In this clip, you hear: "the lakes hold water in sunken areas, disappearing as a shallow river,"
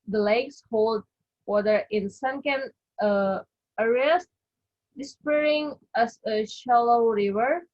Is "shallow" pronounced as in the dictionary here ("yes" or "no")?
yes